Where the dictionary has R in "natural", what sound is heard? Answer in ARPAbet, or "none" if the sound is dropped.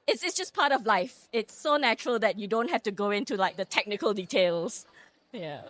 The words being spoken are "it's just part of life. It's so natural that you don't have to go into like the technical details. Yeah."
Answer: R